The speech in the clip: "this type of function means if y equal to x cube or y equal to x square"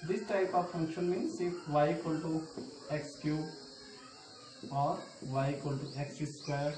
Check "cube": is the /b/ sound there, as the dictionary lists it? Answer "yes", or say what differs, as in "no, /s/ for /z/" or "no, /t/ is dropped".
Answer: no, /b/ is dropped